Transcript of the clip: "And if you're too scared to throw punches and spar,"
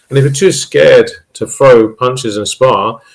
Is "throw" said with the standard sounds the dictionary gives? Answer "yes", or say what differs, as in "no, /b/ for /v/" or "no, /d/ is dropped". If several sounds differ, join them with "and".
no, /f/ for /θ/